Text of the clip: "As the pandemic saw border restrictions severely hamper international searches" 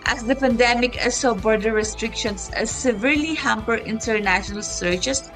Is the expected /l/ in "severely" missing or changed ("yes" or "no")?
no